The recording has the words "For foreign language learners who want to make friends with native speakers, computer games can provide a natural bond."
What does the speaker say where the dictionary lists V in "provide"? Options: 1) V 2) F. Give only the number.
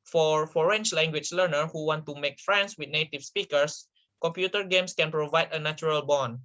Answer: 1